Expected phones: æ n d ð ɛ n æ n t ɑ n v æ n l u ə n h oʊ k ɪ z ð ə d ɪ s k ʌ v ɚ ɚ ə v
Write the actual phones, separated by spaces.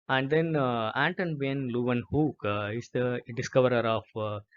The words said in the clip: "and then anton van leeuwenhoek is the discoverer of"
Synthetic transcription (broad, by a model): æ n d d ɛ n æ n t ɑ n b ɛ n l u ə n h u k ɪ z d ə d ɪ s k ʌ v ɚ ɚ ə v